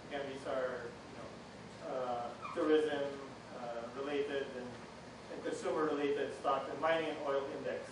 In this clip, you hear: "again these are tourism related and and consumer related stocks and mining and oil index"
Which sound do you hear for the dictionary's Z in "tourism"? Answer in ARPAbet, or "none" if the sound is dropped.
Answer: Z